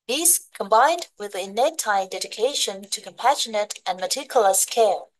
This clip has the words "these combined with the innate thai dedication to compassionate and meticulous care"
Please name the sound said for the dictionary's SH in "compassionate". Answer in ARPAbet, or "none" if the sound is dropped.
SH